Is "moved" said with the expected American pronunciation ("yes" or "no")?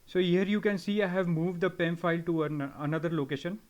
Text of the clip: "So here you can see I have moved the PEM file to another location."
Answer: yes